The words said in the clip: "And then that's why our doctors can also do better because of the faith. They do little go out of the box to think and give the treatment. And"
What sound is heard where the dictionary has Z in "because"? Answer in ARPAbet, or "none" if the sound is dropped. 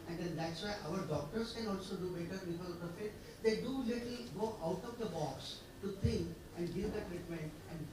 none